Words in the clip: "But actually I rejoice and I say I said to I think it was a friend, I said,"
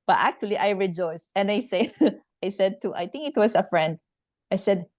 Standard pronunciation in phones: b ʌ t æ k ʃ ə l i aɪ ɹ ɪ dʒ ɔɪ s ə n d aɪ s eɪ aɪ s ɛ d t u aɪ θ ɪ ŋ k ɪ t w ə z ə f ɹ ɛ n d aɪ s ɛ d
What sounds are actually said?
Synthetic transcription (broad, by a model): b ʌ t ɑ k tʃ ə l i aɪ ɹ ɪ dʒ ɔɪ s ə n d aɪ s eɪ aɪ s ɛ d t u aɪ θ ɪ ŋ k ɪ t w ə s ə f ɹ ɛ n d aɪ s ɛ d